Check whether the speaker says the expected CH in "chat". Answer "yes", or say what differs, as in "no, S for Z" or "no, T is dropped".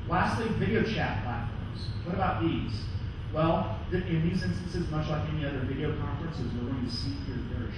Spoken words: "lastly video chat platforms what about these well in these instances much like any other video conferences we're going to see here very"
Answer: yes